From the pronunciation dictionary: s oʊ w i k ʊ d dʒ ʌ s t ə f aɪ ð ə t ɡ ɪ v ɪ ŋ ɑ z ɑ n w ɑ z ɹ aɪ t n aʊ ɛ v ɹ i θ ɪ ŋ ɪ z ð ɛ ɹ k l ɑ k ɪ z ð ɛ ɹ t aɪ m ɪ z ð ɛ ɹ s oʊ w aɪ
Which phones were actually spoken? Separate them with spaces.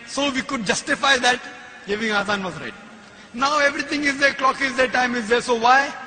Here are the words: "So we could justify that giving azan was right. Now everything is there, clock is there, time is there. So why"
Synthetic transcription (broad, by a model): s oʊ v i k ʊ d dʒ ʌ s t ə f aɪ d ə t ɡ ɪ v ɪ ŋ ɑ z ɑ n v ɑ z ɹ aɪ t n aʊ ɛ v ɹ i t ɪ ŋ ɪ z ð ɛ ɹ k l ɑ k ɪ z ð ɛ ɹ t aɪ m ɪ z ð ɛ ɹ s oʊ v aɪ